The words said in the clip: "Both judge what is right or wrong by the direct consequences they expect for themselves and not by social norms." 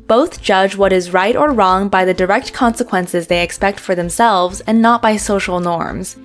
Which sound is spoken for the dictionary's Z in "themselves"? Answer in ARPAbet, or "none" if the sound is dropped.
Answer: Z